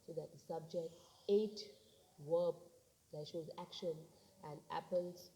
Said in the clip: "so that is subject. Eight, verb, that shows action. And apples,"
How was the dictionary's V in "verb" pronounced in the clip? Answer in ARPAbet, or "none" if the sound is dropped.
W